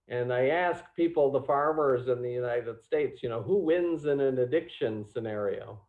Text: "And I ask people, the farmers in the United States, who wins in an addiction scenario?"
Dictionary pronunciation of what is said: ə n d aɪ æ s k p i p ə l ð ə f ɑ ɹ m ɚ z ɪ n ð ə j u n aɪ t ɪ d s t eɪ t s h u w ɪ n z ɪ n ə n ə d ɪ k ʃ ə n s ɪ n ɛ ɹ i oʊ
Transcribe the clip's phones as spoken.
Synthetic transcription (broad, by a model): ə n aɪ æ s k p i p l ð ə f ɑ ɹ m ɚ z ɪ n ð ə j u n aɪ t ɪ d s t eɪ t s h u w ɪ n z ɪ n ə n ə d ɪ k ʃ ə n s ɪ n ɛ ɹ i oʊ